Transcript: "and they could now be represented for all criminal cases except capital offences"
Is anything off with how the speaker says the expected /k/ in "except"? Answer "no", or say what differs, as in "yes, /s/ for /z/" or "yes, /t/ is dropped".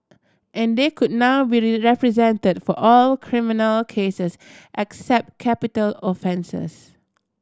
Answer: no